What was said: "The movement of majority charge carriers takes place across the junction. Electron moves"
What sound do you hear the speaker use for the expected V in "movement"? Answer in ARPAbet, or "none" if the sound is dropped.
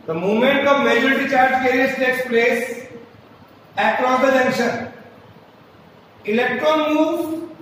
none